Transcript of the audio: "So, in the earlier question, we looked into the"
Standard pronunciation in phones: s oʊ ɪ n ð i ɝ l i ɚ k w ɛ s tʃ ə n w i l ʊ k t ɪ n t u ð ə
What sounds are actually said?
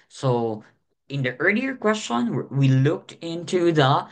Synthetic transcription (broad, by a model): s oʊ ɪ n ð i ɝ l i ɚ k w ɛ s tʃ ə n w i l ʊ k t ɪ n t u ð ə